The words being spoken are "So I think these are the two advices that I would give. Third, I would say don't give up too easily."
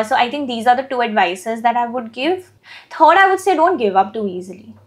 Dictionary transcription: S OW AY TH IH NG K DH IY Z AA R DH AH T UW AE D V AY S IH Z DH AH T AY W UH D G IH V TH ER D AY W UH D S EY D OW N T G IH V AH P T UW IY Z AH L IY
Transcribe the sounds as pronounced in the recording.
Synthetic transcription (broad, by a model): S OW AY T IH NG K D IY Z AA R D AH T UW AE D V AY S IH Z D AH T AY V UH D G IH V T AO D AY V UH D S EY D OW N T G IH V AH P T UW IY Z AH L IY